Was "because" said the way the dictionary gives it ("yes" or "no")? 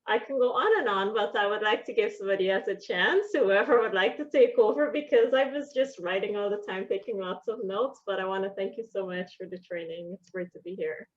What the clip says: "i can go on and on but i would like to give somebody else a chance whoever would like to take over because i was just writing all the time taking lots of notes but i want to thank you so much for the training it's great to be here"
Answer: yes